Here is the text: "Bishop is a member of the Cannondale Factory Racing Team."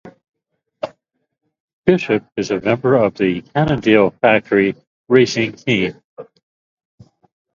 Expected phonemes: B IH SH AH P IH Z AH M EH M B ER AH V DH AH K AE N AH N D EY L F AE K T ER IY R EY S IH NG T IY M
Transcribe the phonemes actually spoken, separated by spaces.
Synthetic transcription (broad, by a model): B IH SH AH P IH Z AH M EH M B ER AH V DH AH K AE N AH N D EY L F AE K T ER IY R EY S IH NG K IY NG